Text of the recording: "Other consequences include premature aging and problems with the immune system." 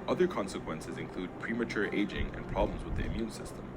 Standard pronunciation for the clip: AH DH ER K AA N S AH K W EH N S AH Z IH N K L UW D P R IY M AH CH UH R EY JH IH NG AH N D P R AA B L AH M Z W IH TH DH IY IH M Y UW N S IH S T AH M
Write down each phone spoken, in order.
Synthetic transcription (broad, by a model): AH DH ER K AA N S AH K W EH N S AH Z IH N K L UW D P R IY M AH CH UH R EY JH IH NG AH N P R AA B L AH M Z W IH DH IY IH M Y UW N S IH S T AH M